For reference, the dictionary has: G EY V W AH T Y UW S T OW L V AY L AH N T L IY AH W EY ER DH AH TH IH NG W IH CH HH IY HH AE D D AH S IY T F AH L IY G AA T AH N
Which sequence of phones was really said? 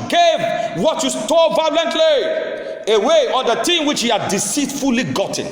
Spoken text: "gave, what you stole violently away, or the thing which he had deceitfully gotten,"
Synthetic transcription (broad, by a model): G EY V W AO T Y UW S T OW V AY L AH N T L IY AH W EY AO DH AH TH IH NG W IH CH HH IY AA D D AH S IY T F AH L IY G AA T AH N